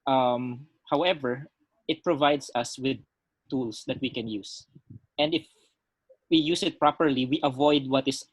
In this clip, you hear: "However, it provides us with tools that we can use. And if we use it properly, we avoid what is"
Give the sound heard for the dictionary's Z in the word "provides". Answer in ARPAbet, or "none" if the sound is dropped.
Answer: S